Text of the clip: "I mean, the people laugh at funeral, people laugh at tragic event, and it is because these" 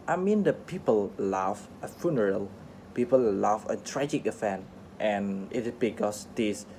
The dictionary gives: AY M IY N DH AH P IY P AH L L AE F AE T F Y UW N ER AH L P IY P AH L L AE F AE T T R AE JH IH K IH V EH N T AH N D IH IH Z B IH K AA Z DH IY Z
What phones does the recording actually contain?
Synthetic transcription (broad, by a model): AY M IY N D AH P IY P AH L L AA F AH F Y UW N ER AH L P IY P AH L L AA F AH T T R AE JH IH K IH F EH N T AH N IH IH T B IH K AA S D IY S